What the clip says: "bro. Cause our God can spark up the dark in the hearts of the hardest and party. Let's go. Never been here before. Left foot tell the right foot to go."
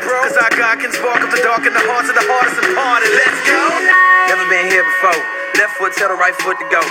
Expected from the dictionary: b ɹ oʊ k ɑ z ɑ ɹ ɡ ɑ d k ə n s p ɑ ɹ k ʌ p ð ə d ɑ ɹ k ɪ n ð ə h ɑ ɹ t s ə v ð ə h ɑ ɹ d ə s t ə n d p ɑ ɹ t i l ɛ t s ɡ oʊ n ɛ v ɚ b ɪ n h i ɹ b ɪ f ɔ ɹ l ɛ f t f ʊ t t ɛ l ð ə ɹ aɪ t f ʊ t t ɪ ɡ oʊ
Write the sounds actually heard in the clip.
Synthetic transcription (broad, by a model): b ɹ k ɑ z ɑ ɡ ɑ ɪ k ə n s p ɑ k ʌ p ð ə d ɑ ɹ k ɪ n ð ə h ɑ ɹ t s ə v ð ə h ɑ ɹ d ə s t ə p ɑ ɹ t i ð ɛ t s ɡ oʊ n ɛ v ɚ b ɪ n h i ɹ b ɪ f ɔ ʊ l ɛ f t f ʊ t s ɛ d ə ɹ aɪ t f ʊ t t ɪ ɡ oʊ